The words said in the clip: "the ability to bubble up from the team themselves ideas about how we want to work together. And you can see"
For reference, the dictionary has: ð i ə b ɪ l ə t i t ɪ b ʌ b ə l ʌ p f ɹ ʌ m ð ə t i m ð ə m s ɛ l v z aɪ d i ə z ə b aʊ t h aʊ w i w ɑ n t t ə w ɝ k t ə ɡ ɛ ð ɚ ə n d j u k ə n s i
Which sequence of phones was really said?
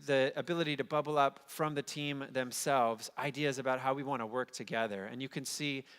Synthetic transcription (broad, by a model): ð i ə b ɪ l ə t i t ɪ b ʌ b l ʌ p f ɹ ʌ m ð ə t i m ð ə m s ɛ l v z aɪ d i ə z ə b aʊ t h aʊ w i w ɑ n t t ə w ɝ k t ə ɡ ɛ ð ɚ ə n j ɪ k ə n s i